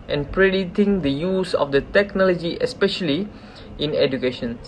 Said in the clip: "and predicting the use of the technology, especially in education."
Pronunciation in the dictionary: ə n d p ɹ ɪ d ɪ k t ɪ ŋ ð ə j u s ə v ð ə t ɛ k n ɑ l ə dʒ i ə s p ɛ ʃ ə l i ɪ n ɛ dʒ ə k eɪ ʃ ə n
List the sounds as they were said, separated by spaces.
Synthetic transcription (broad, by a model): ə n p ɹ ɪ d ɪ t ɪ ŋ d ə j u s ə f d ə t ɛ k n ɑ l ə dʒ i ə s p ɛ ʃ ə l i ɪ n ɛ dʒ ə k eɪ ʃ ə n